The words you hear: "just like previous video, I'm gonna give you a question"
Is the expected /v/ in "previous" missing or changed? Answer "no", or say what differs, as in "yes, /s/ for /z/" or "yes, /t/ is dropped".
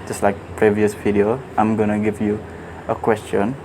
no